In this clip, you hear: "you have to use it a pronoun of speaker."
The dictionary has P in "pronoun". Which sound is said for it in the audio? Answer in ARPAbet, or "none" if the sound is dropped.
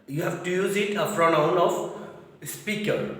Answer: F